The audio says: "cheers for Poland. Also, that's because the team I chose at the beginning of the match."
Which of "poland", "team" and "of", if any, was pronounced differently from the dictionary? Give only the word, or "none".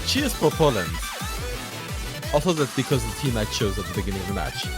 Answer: none